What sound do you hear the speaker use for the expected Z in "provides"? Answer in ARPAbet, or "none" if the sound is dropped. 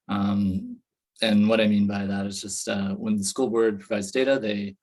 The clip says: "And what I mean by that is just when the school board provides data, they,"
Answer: Z